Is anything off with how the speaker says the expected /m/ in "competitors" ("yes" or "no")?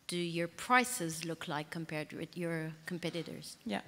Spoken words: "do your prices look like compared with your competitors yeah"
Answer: no